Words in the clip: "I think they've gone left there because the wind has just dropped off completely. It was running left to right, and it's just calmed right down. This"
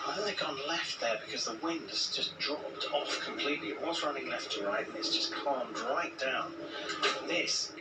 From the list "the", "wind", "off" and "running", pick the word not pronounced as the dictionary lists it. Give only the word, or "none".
none